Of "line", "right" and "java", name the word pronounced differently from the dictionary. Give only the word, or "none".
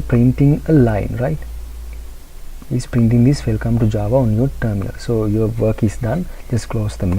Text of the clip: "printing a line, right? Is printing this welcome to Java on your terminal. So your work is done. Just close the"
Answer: none